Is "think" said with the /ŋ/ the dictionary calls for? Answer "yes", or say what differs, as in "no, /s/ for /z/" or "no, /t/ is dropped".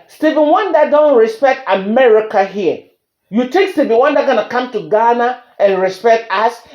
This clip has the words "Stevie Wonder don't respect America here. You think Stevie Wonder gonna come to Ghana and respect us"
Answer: no, /ŋ/ is dropped